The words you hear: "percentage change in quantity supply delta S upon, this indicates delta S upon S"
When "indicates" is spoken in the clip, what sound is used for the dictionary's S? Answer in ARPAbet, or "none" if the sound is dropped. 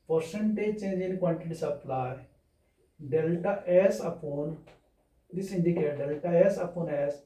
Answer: none